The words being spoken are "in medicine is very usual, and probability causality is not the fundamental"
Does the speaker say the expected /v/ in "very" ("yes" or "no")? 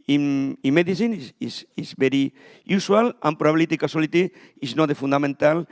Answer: no